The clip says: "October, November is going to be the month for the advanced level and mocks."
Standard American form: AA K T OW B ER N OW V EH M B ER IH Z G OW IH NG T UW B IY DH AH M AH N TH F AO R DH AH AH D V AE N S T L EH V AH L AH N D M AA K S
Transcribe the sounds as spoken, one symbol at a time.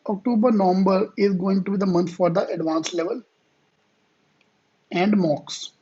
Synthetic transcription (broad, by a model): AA K T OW B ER N OW V EH M B ER IH Z G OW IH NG T UW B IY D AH M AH N T F AO R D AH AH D V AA N S L EH V AH L AH N D M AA K S